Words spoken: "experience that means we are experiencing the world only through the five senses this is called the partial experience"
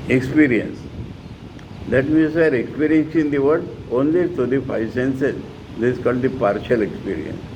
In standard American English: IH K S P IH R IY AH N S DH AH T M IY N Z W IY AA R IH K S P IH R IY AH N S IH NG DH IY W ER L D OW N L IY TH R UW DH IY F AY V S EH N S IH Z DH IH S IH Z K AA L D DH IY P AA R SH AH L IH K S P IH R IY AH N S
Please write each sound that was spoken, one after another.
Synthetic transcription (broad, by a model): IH K S P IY R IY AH N S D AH T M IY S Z AA R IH K S P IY R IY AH N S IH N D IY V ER D OW N L IY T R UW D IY F AY V S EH N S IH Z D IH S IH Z K AA L D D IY P AA R SH AH L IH K S P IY R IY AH N S